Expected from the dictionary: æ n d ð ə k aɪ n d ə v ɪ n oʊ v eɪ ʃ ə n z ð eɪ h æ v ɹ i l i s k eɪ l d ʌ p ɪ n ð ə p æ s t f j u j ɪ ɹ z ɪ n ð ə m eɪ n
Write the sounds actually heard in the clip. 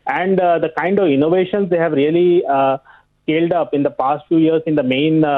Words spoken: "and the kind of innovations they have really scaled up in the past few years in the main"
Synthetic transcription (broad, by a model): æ n d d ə k aɪ n d ə v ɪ n oʊ v eɪ ʃ ə n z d eɪ h æ v ɹ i l i s k eɪ l d ʌ p ɪ n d ə p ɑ s t f j u j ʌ ɹ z ɪ n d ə m eɪ n